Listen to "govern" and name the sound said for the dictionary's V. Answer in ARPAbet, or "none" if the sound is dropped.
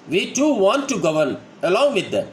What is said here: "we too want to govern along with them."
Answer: V